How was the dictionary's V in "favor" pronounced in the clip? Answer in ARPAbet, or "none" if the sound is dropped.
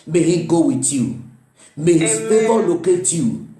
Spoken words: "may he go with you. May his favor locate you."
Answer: B